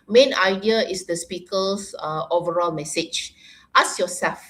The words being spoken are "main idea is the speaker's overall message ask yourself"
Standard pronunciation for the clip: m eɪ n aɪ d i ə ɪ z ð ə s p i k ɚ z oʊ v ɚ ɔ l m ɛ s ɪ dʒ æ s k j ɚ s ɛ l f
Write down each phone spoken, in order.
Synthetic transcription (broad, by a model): m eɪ n aɪ d i ə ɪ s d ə s p i k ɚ s oʊ v ɚ ɔ l m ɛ s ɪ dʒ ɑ s j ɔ s ɛ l f